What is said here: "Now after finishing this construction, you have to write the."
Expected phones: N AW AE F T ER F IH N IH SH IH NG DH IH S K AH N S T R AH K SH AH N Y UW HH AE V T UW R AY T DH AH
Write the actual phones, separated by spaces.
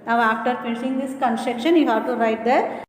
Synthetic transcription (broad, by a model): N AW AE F T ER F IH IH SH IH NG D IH S K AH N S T EH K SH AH N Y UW HH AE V T UW R AY T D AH